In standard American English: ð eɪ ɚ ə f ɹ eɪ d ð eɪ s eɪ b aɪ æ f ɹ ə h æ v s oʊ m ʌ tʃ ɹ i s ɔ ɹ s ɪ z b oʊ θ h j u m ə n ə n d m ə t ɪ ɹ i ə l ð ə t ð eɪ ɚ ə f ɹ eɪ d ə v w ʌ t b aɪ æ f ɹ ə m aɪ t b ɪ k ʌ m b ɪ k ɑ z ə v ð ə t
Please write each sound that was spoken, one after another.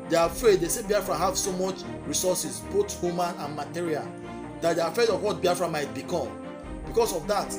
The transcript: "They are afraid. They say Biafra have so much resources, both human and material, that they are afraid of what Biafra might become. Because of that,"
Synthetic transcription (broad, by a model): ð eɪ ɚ ə f ɹ eɪ d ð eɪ s eɪ b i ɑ f ɹ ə h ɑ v s oʊ m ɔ tʃ ɹ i s ɔ s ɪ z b oʊ t h j u m ə n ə n m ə t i ɹ i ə l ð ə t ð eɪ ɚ ə f ɹ eɪ d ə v w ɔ t b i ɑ f ɹ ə m aɪ t b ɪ k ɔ m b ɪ k ɑ s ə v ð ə t